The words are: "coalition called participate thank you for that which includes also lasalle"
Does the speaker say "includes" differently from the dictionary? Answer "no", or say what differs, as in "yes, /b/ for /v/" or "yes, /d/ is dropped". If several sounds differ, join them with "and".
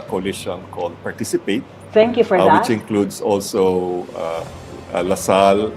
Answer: yes, /s/ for /z/